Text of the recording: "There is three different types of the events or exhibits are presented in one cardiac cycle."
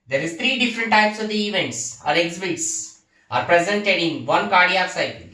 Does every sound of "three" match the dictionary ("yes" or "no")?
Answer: no